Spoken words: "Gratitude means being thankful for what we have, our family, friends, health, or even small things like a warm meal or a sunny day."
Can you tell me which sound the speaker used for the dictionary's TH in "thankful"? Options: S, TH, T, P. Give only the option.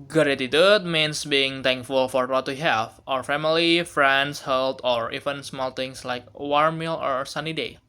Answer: T